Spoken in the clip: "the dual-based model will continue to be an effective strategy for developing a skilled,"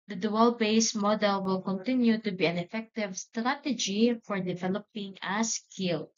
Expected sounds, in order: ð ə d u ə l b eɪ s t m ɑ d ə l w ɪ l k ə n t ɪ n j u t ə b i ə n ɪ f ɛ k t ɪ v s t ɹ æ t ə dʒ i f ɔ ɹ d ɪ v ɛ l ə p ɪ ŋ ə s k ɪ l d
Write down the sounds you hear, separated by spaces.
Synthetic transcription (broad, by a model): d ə d u ə l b eɪ s m ɑ d ə l w ɪ l k ə n t ɪ n j u t ə b i ə n ɪ f ɛ k t ɪ v s t ɹ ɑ t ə dʒ i f ɔ ɹ d ɪ v ɛ l ə p ɪ ŋ ə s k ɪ l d